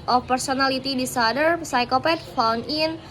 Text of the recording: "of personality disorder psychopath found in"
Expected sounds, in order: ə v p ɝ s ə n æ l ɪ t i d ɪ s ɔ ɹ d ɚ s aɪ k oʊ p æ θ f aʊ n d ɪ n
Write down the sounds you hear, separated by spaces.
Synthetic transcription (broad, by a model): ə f p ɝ s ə n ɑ l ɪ t i d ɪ s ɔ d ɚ s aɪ k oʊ p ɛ t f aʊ n ɪ n